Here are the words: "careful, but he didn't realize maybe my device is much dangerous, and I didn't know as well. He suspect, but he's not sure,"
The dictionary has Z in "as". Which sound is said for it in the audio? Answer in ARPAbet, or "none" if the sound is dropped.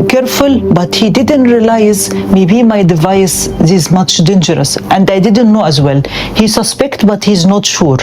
Z